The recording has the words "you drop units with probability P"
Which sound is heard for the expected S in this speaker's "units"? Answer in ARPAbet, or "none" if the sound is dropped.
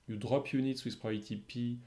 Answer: S